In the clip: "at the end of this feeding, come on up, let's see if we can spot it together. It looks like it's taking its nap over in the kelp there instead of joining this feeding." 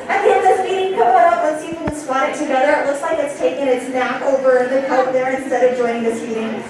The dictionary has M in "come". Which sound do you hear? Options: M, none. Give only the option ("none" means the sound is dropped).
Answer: none